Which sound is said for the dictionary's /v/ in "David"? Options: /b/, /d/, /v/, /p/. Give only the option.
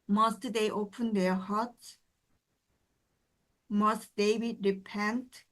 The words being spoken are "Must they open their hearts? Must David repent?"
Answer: /b/